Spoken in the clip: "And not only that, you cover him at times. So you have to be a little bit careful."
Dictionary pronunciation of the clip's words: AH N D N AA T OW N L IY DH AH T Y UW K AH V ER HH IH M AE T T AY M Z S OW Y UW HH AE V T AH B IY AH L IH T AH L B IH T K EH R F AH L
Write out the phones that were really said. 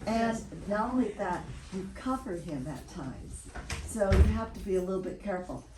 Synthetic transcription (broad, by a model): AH N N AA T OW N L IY DH AH T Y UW K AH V ER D IH M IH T T AY M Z S OW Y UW HH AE F T AH B IY AH L IH T L B IH T K EH R F L